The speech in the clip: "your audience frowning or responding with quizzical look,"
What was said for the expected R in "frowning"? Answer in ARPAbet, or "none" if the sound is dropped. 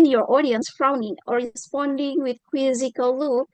R